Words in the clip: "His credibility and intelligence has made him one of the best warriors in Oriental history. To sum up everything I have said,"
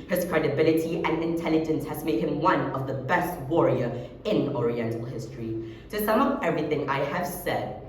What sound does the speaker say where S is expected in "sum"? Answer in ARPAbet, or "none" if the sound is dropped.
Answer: S